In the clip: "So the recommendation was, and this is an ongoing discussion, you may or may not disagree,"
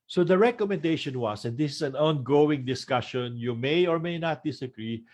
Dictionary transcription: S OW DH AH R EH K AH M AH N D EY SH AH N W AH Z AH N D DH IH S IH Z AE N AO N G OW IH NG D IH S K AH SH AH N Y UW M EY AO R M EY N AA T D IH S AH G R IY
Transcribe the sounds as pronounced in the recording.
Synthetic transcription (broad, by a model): S OW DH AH R EH K AH M AH N D EY SH AH N W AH S AH N D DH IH S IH S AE N AO N G OW IH NG D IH S K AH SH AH N Y UW M EY AO R M EY N AA T D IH S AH G R IY